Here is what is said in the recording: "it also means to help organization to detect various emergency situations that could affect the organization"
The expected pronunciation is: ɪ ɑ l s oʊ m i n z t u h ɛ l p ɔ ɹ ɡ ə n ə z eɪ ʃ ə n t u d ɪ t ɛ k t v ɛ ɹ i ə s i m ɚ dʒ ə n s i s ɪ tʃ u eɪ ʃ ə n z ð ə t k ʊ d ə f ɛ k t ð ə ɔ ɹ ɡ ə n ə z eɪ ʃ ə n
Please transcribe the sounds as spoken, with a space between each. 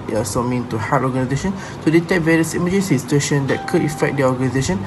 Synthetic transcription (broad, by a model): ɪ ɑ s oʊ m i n t u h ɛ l ɔ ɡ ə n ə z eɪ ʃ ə n t u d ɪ t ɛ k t v ɛ ɹ i ə s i m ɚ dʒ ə n s i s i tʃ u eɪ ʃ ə n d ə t k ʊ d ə f ɛ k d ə ɔ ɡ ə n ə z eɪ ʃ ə n